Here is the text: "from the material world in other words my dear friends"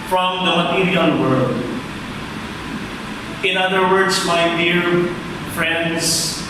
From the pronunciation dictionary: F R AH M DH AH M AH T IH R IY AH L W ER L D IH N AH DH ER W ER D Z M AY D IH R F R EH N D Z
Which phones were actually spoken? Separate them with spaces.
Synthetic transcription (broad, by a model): F R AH M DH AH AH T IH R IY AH N W ER L D IH N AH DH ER W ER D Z M AY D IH R F R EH N D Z